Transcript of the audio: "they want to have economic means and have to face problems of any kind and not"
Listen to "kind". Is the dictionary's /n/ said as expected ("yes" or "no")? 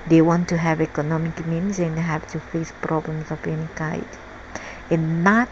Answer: no